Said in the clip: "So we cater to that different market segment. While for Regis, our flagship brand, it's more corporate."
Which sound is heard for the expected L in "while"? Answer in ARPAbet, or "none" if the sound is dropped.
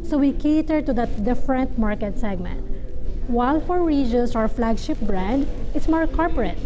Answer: L